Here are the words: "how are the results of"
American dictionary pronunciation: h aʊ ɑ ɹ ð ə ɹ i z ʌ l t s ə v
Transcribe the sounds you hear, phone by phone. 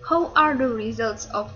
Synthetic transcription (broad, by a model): h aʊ ɑ ɹ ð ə ɹ i z ʌ l t s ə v